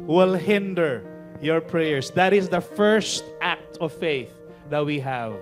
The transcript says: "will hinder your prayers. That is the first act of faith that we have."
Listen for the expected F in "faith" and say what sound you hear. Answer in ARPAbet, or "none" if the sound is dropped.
F